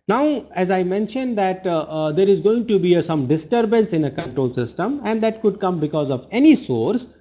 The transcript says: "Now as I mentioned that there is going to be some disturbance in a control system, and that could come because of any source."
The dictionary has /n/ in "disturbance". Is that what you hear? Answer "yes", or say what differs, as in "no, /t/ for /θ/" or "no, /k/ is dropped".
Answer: yes